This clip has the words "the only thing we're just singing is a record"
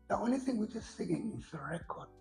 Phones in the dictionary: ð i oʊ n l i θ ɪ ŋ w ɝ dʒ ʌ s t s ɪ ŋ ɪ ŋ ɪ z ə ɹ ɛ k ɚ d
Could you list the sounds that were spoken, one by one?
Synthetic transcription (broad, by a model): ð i oʊ n l i θ ɪ ŋ w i dʒ ʌ s t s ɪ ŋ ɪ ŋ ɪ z ə ɹ ɛ k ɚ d